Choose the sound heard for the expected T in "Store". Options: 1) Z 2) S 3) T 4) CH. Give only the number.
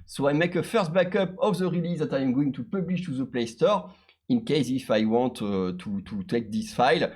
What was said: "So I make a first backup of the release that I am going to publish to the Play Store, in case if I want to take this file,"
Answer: 3